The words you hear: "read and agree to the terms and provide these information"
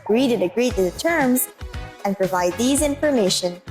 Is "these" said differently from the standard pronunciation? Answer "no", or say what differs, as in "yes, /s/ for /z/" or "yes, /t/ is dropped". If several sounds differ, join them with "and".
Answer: no